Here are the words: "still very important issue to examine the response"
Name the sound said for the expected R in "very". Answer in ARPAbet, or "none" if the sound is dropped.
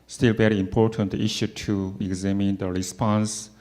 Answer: R